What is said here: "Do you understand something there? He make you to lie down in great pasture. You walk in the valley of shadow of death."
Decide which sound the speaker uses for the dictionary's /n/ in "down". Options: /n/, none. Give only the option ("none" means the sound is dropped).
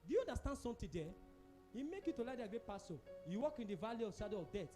none